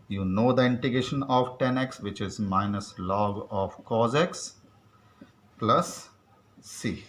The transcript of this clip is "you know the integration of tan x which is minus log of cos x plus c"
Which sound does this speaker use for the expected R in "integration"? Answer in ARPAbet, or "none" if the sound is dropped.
none